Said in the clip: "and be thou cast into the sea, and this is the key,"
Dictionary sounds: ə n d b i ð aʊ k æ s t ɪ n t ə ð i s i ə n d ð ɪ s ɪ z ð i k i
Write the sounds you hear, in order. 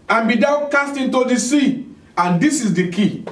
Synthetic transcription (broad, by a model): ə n b i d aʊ k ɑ s t ɪ n t ə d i s i ə n d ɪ s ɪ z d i k i